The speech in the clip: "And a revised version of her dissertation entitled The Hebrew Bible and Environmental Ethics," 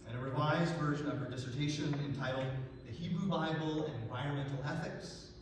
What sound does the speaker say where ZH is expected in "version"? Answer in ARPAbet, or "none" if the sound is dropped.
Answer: ZH